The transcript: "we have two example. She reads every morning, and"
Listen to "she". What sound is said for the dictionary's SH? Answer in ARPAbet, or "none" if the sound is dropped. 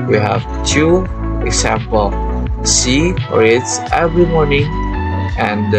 S